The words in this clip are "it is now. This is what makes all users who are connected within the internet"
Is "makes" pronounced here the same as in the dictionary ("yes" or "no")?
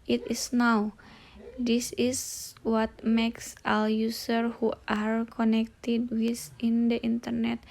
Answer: yes